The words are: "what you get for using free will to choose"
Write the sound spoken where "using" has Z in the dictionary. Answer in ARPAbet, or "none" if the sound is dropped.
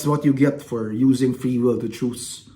Z